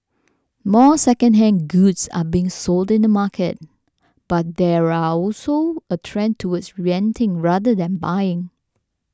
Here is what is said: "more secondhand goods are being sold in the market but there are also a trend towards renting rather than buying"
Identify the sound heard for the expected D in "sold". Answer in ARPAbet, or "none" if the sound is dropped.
D